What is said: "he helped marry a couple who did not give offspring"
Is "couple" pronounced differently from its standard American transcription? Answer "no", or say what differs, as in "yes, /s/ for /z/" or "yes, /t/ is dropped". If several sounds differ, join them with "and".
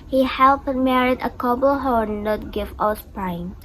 yes, /b/ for /p/